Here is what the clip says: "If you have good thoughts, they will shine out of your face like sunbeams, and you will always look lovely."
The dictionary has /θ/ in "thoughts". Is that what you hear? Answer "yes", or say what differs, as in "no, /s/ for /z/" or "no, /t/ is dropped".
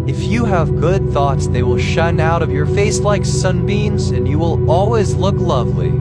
yes